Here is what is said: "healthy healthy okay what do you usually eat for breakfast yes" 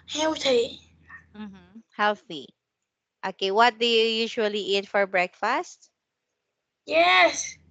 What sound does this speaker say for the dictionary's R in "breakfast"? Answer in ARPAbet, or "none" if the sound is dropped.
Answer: R